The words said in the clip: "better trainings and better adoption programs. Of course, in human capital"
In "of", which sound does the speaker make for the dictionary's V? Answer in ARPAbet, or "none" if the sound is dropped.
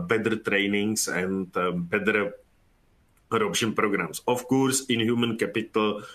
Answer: F